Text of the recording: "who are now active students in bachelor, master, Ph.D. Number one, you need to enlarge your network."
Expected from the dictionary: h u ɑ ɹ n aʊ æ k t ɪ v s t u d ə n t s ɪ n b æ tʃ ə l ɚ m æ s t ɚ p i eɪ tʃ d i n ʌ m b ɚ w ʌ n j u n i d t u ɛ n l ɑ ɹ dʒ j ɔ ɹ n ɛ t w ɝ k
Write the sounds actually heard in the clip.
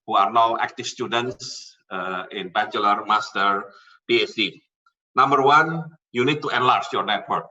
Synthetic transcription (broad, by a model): h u ɑ ɹ n aʊ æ k t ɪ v s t u d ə n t s ɪ n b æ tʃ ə l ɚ m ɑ s t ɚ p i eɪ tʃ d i n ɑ m b ɚ w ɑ n j u n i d t u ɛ n l ɑ ɹ tʃ j ɔ ɹ n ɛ t w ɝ k